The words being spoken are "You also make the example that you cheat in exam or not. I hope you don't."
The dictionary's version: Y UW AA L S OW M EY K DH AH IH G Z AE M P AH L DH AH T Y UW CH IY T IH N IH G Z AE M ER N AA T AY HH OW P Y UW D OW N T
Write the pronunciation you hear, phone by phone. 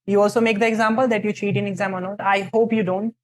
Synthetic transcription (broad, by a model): Y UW AA L S OW M EY K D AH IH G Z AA M P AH L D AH T Y UW CH IY T IH N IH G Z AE M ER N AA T AY HH OW P Y UW D OW N T